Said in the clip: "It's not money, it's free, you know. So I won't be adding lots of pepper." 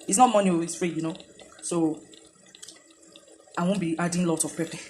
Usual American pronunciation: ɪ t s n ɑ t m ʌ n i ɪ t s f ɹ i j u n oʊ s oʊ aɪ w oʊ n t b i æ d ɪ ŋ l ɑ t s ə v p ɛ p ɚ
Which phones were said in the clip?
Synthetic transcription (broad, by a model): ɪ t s n ɑ t m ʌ n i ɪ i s f ɹ i j u n oʊ s oʊ aɪ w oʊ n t b i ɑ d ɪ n l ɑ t ə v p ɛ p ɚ